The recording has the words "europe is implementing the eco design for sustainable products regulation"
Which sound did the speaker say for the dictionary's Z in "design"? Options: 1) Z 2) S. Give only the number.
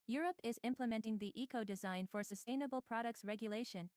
1